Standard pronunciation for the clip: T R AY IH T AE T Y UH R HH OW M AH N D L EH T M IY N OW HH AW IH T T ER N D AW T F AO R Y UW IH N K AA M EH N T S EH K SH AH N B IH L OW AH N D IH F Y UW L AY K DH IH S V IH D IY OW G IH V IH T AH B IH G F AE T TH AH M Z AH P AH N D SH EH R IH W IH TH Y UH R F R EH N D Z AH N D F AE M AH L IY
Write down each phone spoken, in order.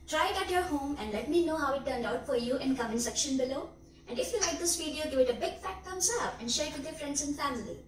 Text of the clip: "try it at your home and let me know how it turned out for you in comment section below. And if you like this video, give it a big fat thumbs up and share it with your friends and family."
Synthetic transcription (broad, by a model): T R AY IH T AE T Y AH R HH OW M AH N D L EH T M IY N OW HH AW IH T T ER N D AW T F AO R Y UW IH N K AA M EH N S EH K SH AH N B IH L OW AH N D IH F Y UW L AY K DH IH S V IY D IY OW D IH IH T AH B IH G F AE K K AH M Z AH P AH N D SH EH R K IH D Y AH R F R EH N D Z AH N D F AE M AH L IY